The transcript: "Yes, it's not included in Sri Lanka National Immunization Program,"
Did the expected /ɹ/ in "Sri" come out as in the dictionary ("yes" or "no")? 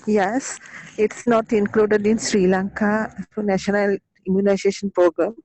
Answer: yes